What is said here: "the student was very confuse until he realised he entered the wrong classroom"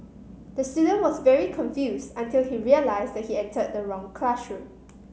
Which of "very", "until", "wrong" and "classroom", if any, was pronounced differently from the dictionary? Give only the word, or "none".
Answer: classroom